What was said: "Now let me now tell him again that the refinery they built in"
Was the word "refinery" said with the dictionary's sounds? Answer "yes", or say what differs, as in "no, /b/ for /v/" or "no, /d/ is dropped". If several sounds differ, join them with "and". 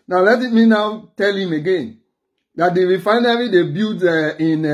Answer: no, /w/ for /ɹ/